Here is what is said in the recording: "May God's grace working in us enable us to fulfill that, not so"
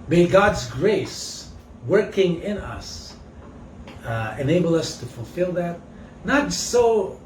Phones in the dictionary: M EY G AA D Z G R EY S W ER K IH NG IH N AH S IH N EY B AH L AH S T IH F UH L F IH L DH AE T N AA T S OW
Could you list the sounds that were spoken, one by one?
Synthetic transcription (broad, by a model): M EY G AA D Z G R EY S W ER K IH NG IH N AH S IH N EY B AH L AH S T IH F UH L F IH L DH AE T N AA T S OW